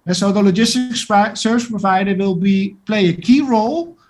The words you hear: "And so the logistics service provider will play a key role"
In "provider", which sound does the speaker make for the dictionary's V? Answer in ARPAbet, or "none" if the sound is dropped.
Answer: V